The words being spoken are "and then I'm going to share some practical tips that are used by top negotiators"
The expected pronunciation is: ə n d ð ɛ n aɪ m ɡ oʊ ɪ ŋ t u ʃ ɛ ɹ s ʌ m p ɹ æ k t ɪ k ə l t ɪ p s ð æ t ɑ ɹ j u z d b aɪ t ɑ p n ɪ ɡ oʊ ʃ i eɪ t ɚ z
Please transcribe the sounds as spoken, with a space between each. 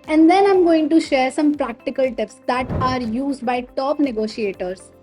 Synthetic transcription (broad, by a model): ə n d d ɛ n aɪ m ɡ oʊ ɪ ŋ t u ʃ ɛ ɹ s ʌ m p ɹ æ k t ɪ k ə l t ɪ p s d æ t ɑ ɹ j u z d b aɪ t ɑ p n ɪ ɡ oʊ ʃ i eɪ t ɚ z